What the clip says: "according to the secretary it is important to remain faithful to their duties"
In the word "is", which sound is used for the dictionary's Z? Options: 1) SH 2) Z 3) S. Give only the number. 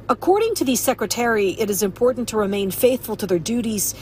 2